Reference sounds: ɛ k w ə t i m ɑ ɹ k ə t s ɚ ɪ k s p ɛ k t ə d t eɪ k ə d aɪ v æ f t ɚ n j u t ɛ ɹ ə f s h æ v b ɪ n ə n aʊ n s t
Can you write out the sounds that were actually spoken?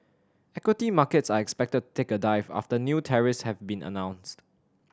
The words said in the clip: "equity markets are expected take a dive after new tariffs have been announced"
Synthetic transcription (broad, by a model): ɛ k w ə t i m ɑ k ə t s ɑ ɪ k s p ɛ k t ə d t eɪ k ə d aɪ v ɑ f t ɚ n j u t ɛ ɹ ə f s h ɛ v b ɪ n ə n aʊ n s t